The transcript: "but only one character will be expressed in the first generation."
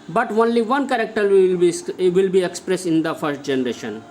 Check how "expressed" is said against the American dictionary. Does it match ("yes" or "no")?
no